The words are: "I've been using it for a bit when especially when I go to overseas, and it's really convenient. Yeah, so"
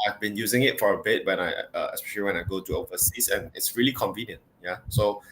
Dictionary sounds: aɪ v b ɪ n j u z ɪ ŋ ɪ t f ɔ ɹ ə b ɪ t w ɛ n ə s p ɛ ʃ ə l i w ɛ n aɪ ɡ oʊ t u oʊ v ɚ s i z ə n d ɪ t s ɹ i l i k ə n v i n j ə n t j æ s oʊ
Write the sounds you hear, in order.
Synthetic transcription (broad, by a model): aɪ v b ɪ n j u z ɪ ŋ ɪ t f ɔ ɹ ə b ɪ t w ɛ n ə s p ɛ ʃ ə l i w ɛ n aɪ ɡ oʊ t u oʊ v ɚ s i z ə n ɪ t s ɹ i l i k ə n v i n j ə n t j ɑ s oʊ